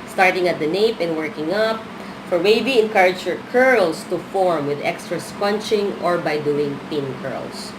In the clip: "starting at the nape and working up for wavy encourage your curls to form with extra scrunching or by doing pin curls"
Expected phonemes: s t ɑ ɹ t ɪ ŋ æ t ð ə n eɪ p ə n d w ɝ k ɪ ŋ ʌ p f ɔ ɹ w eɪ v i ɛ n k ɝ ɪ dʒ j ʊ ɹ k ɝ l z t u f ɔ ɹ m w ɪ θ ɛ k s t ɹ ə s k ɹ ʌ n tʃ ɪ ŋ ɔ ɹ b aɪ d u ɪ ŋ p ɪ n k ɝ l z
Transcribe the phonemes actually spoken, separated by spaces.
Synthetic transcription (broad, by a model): s t ɑ ɹ t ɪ ŋ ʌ t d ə n eɪ p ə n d w ɝ k ɪ ŋ ʌ p f ɔ ɹ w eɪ b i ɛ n k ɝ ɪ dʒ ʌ ɹ k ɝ l s t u f ɔ ɹ m w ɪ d ɛ k s t ɹ ə s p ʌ n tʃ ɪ ŋ ɔ ɹ b aɪ d u ɪ ŋ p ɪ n k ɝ l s